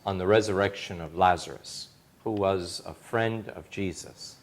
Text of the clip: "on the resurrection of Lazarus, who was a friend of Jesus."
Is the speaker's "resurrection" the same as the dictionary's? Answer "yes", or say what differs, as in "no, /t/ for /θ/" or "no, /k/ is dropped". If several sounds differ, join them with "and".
yes